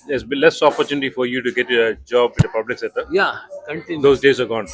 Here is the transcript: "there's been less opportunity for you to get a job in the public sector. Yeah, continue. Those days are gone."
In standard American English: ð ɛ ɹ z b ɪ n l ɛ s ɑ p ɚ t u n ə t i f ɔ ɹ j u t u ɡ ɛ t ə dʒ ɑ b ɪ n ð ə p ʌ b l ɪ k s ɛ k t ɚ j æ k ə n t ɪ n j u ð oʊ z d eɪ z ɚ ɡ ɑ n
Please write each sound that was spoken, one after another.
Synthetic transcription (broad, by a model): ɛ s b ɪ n l ɛ s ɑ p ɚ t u n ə t i f ɔ ɹ j u t u ɡ ɛ t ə dʒ ɑ b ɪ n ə p ʌ b l ɪ k s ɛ t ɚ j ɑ k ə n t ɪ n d oʊ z d eɪ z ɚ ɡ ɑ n